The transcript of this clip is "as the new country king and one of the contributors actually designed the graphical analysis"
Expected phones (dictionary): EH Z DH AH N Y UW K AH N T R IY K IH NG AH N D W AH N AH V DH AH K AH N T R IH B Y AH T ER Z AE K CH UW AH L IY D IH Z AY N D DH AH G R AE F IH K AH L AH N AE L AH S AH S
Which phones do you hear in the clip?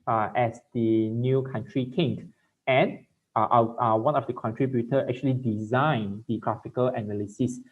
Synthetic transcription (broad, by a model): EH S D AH N Y UW K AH N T R IY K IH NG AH N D W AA N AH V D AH K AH N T R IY B Y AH T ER EH K CH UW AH L IY D IH Z AY N D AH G R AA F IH K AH L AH N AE L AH S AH S